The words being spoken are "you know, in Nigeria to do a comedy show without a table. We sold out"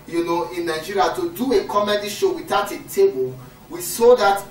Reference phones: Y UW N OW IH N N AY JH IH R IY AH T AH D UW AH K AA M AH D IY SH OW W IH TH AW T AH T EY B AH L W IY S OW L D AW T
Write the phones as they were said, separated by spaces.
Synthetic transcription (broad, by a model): Y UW N OW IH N N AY JH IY R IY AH T AH D UW AH K AA M AH D IY SH OW W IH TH AW T AH T EY B AH L W IY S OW D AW T